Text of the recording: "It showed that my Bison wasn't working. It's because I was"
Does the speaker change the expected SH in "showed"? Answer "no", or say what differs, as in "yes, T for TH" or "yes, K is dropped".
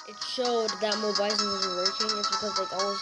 no